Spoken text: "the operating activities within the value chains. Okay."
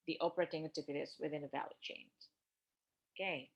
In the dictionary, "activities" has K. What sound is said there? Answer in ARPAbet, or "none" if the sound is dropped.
none